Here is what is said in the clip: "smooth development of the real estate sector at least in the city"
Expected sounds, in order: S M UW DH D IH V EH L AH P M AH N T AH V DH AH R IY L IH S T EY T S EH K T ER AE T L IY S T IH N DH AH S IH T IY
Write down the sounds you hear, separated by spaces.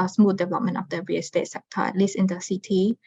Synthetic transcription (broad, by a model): S M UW D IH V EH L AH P M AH N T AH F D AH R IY IH S T EY T S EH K T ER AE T L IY S IH N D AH S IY T IY